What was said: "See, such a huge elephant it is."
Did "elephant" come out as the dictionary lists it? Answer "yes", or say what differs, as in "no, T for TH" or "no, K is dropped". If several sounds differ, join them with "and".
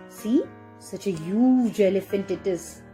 yes